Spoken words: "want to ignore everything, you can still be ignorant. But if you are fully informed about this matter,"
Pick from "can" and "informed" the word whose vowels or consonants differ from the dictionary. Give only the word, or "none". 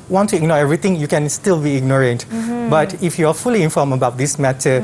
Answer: informed